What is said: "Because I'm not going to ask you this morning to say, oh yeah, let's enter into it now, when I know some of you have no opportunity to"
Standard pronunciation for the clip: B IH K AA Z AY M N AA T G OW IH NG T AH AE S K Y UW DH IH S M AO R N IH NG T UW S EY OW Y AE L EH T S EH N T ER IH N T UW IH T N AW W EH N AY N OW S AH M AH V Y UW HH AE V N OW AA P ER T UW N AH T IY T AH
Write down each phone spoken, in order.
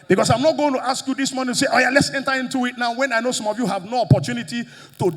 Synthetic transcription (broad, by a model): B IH K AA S AY M N AA T G OW IH NG T AH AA S K Y UW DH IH S M AO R N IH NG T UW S EY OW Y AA L EH T S EH N T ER IH N T UW IH T N AW W EH N AY N OW S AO M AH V Y UW HH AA V N OW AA P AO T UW N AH T IY T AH